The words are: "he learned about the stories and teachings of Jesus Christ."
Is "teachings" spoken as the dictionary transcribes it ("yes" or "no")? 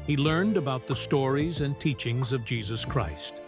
yes